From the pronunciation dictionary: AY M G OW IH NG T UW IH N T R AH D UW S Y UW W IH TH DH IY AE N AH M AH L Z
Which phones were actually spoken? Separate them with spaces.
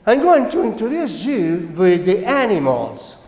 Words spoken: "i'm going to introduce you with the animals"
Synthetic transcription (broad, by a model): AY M G OW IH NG T UW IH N T AH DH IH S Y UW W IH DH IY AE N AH M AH L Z